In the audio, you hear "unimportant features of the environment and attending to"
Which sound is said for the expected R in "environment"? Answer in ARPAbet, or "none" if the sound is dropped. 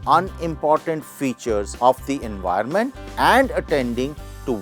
none